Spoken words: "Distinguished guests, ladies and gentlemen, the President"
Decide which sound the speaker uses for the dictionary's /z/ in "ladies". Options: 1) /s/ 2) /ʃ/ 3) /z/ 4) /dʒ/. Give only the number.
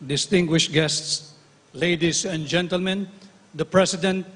1